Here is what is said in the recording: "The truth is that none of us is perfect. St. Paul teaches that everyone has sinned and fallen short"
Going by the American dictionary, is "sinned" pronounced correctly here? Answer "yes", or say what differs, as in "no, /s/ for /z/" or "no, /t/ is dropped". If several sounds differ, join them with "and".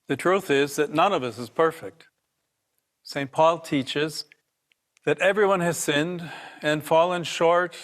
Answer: yes